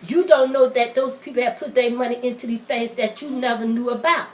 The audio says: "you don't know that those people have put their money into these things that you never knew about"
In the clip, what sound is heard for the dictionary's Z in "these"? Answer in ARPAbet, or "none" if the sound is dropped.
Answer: none